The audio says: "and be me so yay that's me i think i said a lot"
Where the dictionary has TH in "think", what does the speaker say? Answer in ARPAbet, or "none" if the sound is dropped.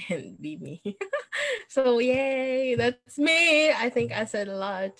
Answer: TH